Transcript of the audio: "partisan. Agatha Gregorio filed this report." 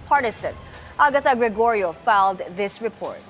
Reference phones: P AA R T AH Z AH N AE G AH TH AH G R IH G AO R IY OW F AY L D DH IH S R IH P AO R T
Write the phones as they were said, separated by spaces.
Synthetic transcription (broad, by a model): P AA R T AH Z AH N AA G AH T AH G R IH G AO R IY OW F AY L D DH IH S R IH P AO R T